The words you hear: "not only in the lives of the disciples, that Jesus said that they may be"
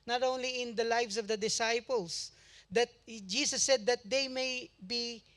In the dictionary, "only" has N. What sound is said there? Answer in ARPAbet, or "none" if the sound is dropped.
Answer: N